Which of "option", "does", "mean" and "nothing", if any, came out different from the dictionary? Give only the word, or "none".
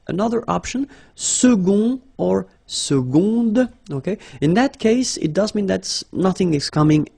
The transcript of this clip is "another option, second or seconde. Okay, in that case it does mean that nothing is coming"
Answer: none